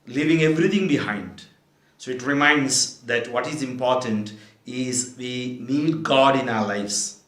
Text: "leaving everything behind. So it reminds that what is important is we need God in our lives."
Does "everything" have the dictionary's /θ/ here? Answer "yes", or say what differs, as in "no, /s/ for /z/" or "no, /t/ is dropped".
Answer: no, /t/ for /θ/